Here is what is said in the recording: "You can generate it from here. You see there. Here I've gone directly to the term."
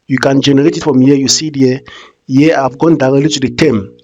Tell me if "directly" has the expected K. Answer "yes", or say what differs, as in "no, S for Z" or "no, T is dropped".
no, K is dropped